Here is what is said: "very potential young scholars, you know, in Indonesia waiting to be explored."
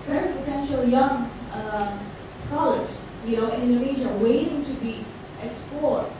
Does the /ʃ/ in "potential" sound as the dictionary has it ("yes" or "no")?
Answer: yes